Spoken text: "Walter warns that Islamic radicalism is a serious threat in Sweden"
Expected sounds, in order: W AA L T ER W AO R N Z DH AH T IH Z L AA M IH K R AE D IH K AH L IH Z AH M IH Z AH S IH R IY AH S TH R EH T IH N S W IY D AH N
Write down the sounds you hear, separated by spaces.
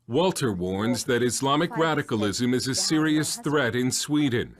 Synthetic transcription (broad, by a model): W AA L T ER W AO R N Z DH AH T IH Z L AA M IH K R AE D IH K AH L IH Z AH M IH Z AH S IH R IY AH S TH R EH T IH N S W IY D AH N